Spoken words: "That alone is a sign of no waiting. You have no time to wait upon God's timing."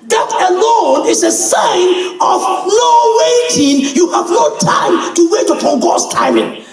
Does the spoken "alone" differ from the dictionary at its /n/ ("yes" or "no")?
no